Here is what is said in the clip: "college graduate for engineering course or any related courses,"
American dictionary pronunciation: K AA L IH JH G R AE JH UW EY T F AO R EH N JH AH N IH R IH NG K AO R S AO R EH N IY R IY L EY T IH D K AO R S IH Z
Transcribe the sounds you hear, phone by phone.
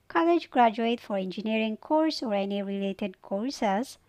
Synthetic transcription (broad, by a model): K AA L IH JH G R AE JH UW EY T F AO R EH N JH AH N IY R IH NG K AO R S AO R EH N IY R IY L EY T IH D K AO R S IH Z